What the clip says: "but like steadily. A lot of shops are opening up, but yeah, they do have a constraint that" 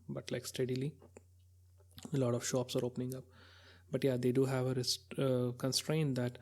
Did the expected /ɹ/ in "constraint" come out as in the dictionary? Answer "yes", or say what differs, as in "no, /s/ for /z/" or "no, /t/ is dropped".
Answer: yes